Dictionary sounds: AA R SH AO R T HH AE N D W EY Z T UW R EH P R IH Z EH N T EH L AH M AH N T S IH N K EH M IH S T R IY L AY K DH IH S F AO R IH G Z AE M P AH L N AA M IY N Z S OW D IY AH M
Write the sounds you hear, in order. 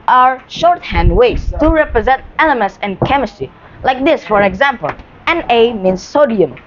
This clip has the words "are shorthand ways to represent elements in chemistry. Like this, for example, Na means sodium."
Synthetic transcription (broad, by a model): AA R SH AO R T HH AE N D W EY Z T UW R EH P R IH Z EH N T EH L AH M AH N T S IH N K EH M IH S T R IY L AY K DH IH S F AO R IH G Z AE M P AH L N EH M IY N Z S OW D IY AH M